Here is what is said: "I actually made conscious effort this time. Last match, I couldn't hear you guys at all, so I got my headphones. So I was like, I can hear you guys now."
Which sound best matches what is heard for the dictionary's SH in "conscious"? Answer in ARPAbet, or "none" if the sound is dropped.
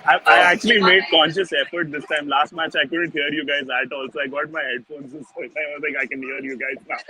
SH